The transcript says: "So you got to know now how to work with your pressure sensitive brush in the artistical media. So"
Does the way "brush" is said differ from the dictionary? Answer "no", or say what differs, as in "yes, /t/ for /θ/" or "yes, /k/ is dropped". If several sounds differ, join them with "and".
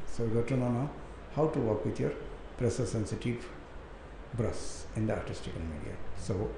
yes, /s/ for /ʃ/